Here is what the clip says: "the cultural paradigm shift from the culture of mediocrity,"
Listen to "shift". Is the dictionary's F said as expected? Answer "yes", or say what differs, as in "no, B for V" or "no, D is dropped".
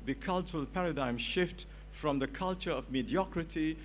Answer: yes